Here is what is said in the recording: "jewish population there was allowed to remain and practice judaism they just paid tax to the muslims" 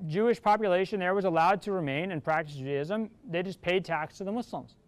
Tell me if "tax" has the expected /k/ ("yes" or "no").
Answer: yes